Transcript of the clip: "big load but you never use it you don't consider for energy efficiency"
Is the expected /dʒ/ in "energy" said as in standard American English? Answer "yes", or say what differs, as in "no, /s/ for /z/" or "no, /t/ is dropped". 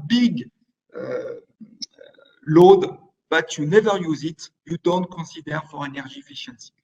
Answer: no, /ʒ/ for /dʒ/